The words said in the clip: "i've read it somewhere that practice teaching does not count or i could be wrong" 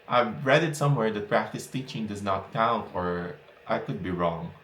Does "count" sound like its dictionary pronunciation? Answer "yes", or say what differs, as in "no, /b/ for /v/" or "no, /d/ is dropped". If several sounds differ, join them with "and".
yes